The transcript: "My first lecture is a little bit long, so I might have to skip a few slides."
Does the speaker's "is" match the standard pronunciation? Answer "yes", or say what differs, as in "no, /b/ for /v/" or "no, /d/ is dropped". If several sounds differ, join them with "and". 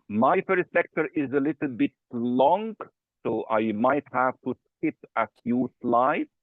yes